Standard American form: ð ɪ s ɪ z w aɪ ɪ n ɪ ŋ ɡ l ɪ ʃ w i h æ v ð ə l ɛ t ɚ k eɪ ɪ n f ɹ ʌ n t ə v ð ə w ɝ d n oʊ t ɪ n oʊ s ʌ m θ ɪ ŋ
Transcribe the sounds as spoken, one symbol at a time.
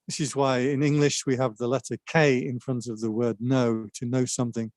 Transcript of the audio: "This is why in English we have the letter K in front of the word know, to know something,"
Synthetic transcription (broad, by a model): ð ɪ s ɪ z w aɪ ɪ n ɪ ŋ ɡ l ɪ ʃ w i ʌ v ð ə l ɛ t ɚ k eɪ ɪ n f ɹ ʌ n t ə v ð ə w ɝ d n oʊ t ɪ n oʊ s ʌ m θ ɪ ŋ